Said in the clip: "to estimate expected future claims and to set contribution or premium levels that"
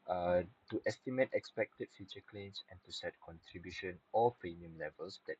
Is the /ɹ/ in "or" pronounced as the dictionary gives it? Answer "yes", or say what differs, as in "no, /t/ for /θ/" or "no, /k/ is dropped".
no, /l/ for /ɹ/